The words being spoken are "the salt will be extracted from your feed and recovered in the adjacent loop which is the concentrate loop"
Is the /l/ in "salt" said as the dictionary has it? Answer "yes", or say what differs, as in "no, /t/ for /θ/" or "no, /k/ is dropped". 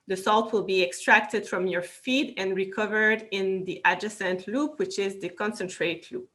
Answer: yes